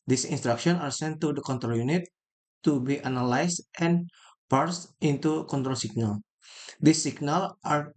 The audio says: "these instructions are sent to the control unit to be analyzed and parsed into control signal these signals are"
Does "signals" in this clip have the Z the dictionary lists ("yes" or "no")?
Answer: no